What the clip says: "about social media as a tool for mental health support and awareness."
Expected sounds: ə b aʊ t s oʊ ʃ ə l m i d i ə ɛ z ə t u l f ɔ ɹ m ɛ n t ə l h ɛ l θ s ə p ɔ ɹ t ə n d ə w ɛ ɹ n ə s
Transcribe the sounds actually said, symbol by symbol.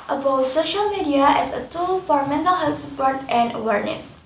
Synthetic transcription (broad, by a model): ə b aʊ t s oʊ ʃ ə l m i d i ə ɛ s ə t u l f ɔ ɹ m ɛ n t ə l h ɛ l t s ə p ɔ ɹ t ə n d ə w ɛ ɹ n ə s